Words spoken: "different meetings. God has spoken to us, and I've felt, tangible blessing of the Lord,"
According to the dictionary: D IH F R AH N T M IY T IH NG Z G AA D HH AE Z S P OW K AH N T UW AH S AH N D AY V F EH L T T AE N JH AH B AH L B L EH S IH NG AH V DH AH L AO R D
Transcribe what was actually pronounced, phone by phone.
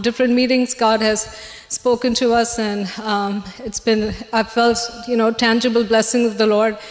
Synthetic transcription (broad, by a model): D IH F R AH N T M IY T IH NG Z G AA D HH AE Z S P OW K AH N T UW AH S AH N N AY F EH L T T AE N JH AH B AH L B L EH S IH NG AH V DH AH L AO R D